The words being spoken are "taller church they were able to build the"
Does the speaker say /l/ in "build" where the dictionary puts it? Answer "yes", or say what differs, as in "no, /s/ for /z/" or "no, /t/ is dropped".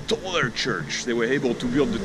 yes